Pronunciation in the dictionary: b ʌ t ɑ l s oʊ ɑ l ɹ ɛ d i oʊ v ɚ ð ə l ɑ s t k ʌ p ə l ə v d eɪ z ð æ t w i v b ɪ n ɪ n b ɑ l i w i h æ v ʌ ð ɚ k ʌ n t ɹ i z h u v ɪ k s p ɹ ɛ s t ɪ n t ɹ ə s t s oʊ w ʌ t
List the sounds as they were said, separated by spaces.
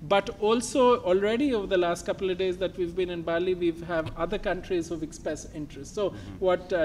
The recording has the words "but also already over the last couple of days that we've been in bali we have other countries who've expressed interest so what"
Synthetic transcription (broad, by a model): b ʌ t ɑ l s oʊ ɑ l ɹ ɛ d i oʊ v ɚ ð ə l ɑ s t k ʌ p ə l ə v d eɪ z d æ t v i v b ɪ n ɪ n b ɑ l i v i h æ v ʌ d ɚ k ʌ n t ɹ i z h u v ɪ k s p ɹ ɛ s ɪ n t ɹ ə s t s oʊ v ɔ t